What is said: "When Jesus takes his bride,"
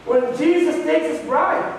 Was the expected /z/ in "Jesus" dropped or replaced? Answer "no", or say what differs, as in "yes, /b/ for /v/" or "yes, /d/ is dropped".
no